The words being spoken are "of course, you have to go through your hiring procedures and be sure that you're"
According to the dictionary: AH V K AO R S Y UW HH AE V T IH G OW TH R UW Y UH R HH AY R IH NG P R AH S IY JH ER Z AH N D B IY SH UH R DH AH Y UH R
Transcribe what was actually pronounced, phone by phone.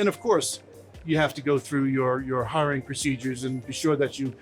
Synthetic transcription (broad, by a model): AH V K AO R S Y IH HH AE F T IH G OW TH R UW Y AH R HH AY R IH NG P R AH S IY JH ER Z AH N B IY SH UH R DH AH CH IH